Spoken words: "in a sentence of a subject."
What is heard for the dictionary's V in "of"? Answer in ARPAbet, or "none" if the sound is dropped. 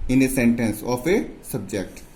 P